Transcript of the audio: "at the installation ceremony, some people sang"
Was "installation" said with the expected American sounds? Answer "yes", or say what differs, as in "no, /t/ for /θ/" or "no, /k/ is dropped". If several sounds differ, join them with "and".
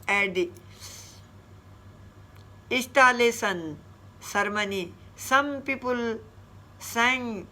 no, /n/ is dropped and /s/ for /ʃ/